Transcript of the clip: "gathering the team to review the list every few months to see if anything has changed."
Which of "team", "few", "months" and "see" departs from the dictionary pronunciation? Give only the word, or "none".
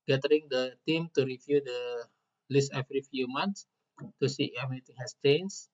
months